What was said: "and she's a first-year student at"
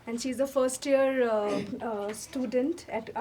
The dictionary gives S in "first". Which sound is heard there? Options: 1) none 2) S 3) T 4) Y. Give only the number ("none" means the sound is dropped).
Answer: 2